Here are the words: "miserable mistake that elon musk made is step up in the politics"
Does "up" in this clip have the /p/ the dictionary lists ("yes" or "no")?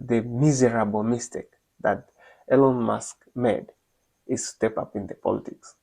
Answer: yes